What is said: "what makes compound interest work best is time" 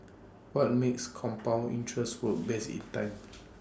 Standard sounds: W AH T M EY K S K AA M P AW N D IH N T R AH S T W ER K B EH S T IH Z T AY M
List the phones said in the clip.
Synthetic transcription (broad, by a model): W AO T M EY K S K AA M P AW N IY N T R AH S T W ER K B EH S IH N T AY M